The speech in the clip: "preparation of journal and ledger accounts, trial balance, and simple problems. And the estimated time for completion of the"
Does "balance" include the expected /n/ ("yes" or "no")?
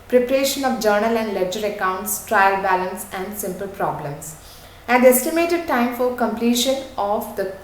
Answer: yes